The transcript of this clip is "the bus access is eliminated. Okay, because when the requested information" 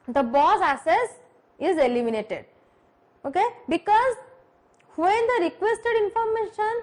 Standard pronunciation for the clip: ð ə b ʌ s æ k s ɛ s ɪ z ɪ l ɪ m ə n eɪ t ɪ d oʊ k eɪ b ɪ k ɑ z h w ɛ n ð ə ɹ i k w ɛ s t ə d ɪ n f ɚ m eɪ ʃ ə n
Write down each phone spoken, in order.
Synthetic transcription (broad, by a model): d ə b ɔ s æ s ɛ s ɪ z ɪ l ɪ m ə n eɪ t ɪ d oʊ k eɪ b ɪ k ɑ z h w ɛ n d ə ɹ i k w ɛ s t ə d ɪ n f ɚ m eɪ ʃ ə n